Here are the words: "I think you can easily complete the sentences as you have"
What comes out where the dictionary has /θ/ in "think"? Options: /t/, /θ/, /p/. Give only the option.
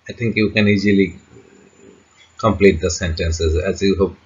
/t/